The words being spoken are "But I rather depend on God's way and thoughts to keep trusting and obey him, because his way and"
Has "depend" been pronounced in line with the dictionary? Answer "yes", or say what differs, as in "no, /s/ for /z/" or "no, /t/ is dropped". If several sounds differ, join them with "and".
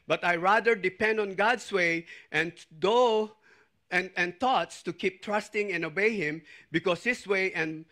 yes